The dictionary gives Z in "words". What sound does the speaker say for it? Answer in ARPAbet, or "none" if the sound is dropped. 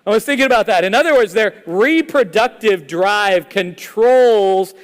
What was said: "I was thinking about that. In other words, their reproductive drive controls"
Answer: Z